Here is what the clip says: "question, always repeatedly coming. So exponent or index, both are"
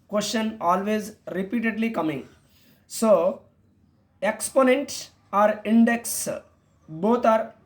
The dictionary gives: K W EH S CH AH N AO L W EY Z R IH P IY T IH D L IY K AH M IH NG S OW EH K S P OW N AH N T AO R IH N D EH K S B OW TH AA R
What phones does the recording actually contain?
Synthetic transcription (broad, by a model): K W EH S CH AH N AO L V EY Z R IH P IY T IH D L IY K AH M IH NG S OW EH K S P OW N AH N T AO R IH N D EH K S B OW T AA R